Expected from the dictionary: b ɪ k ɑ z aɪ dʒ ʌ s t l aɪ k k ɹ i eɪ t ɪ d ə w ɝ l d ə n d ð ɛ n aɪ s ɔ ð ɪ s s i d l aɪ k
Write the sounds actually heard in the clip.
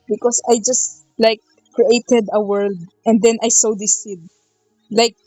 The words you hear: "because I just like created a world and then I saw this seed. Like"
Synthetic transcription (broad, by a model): b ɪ k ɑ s aɪ dʒ ʌ s t l aɪ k k ɹ i eɪ t ɪ d ə w ɝ l d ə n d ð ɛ n aɪ s ɔ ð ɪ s s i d l aɪ k